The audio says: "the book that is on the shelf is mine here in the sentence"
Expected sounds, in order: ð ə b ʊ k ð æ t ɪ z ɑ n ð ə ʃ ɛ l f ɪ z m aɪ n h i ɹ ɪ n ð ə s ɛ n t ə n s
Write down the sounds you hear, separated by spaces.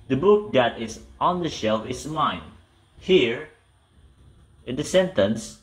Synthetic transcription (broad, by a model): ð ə b ʊ k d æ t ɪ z ɑ n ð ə ʃ ɛ l f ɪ s m aɪ n h i ɹ ɪ n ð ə s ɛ n t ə n s